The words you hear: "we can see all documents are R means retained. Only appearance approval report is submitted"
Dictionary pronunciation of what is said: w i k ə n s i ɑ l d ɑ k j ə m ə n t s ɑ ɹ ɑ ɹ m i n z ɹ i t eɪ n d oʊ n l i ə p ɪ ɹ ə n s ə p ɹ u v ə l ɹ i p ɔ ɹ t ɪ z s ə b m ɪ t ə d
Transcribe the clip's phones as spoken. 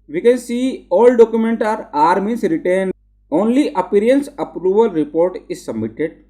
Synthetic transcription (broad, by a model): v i k ə n s i ɑ l d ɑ k j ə m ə n t ɑ ɹ ɑ ɹ m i n s ɹ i t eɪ n oʊ n l i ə p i ɹ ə n s ə p ɹ u v ə l ɹ i p ɔ ɹ t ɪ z s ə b m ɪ t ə d